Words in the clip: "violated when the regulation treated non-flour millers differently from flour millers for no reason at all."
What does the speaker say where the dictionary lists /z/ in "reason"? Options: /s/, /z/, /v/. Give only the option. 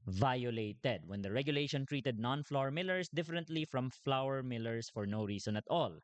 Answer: /s/